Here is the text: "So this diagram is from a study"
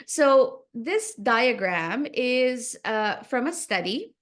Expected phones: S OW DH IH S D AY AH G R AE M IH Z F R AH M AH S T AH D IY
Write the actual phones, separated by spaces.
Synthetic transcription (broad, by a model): S OW DH IH S D AY AH G R AE M IH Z F R AH M AH S T AH D IY